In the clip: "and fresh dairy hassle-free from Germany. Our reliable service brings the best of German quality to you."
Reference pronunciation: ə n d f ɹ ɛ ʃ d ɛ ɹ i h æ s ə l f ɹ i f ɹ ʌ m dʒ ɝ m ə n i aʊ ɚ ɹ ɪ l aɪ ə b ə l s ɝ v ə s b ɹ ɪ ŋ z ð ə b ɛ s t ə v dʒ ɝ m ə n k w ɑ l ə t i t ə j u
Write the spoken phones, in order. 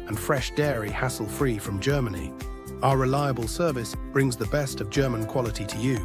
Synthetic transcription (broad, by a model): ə n f ɹ ɛ ʃ d ɛ ɹ i h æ s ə l f ɹ i f ɹ ʌ m dʒ ɝ m ə n i aʊ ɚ ɹ ɪ l aɪ ə b ə l s ɝ v ə s b ɹ ɪ ŋ z ð ə b ɛ s t ə v dʒ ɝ m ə n k w ɑ l ə t i t ə j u